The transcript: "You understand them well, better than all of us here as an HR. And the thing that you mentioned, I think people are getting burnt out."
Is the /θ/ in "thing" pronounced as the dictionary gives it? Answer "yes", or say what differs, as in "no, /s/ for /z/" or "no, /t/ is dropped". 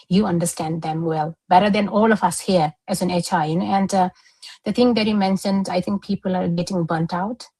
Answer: no, /t/ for /θ/